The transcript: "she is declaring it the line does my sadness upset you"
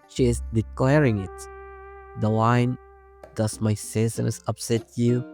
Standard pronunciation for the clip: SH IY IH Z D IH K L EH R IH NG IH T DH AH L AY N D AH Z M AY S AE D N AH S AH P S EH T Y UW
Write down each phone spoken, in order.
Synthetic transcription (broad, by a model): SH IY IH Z D IH K L EH R IH NG IH T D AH W AY N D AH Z M AY S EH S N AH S AH P S EH T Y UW